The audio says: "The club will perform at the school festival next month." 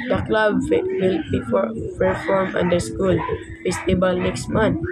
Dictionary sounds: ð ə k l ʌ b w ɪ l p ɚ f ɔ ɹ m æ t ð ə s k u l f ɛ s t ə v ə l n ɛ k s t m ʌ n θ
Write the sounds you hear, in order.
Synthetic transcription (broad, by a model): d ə k l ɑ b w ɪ l p ɚ f ɔ ɹ m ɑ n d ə s k u l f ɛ s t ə b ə l n ɛ k s t m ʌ n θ